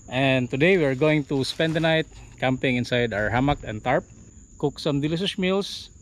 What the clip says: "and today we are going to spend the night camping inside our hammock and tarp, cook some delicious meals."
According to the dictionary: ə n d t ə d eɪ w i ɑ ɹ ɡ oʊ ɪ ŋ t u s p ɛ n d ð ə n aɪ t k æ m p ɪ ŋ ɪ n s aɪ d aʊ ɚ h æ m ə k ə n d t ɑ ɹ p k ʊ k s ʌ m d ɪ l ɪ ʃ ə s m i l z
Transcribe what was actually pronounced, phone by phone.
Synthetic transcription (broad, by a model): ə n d t ə d eɪ w i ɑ ɹ ɡ oʊ ɪ ŋ t u s p ɛ n d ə n aɪ t k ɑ m p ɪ ŋ ɪ n s aɪ d aʊ ɚ h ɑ m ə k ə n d t ɑ ɹ p k ʊ k s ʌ m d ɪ l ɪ s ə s m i l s